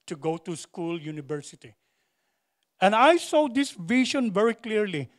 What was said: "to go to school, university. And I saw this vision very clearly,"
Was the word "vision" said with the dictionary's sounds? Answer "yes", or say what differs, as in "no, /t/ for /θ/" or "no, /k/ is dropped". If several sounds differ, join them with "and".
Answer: no, /ʃ/ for /ʒ/